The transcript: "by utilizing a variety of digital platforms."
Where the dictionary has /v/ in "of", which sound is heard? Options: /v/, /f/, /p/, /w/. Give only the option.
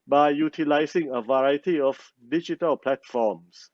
/f/